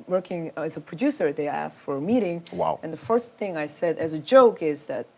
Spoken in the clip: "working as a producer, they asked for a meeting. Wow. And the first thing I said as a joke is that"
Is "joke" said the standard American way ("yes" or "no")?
yes